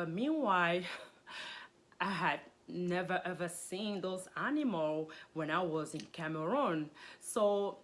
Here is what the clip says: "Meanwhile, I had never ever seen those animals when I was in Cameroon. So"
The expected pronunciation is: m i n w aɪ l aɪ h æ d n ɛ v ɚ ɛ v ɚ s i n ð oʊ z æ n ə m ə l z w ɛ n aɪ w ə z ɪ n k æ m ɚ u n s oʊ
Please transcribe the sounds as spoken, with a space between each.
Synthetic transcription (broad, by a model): m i n w aɪ aɪ h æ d n ɛ v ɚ ɛ v ɚ s i n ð oʊ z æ n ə m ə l w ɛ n aɪ w ə z ɪ n k æ m ɚ u n s oʊ